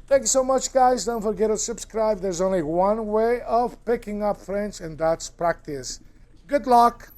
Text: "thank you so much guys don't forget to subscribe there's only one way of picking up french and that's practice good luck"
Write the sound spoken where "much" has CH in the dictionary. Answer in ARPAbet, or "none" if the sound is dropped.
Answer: CH